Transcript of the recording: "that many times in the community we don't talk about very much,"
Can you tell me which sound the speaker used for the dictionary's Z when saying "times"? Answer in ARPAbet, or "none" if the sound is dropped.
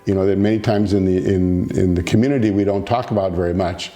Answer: Z